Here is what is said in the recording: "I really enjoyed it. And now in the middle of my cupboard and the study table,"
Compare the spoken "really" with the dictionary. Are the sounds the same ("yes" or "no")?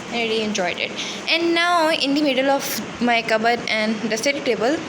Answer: no